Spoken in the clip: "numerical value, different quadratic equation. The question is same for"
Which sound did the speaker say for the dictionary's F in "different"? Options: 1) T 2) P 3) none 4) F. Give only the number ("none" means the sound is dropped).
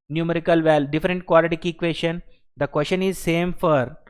3